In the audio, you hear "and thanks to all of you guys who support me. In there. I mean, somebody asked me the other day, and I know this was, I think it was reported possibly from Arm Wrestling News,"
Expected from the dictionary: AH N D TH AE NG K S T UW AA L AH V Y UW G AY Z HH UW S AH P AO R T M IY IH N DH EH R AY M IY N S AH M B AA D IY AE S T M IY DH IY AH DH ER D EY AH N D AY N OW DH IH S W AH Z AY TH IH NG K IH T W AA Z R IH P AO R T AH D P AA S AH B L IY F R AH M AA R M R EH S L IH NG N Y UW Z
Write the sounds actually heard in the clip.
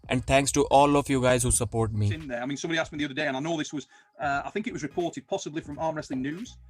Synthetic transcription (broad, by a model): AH N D T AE NG K S T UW AA L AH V Y UW G AY Z HH UW S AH P AO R T M IY IH N DH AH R AY M IY N S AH M B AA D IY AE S M IY DH IY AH DH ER D EY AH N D AY N OW DH IH S W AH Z AY TH IH NG K IH T W AA Z R IH P AO R T AH D P AA S AH B L IY F R AH M AA R M R EH S L IH NG N Y UW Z